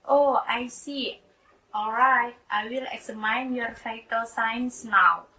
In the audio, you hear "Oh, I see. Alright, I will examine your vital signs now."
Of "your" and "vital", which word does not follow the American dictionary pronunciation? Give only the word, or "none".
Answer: vital